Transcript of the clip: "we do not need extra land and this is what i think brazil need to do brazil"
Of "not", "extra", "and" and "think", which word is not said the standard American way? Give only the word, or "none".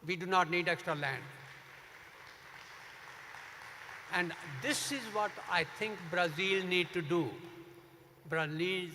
think